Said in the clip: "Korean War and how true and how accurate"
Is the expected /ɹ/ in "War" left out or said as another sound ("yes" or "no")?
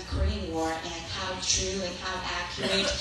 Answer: no